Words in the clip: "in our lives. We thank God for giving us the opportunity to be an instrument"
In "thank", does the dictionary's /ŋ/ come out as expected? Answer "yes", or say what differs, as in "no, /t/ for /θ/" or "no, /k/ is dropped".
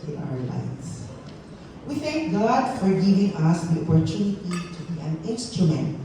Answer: yes